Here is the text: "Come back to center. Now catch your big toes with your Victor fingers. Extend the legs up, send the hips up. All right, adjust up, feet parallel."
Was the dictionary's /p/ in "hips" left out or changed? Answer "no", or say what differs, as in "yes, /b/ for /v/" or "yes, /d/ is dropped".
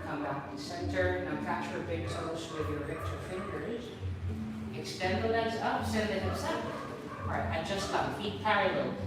yes, /p/ is dropped